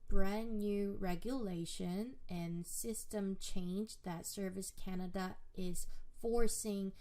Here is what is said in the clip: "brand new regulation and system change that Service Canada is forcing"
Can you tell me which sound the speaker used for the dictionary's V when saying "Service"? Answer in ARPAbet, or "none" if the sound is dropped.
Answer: V